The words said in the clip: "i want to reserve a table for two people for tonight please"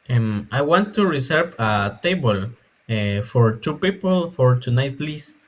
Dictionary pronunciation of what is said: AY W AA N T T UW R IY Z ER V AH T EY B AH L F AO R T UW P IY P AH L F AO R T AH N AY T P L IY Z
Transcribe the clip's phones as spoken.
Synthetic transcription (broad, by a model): AY W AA N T T UW R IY S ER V AH T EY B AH L F AO R T UW P IY P AH L F AO R T AH N AY T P L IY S